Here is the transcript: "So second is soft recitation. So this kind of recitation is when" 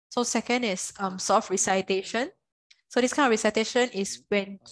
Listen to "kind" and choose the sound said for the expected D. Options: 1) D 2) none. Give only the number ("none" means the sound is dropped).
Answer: 2